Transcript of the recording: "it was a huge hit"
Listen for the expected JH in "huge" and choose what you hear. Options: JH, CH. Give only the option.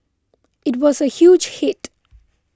JH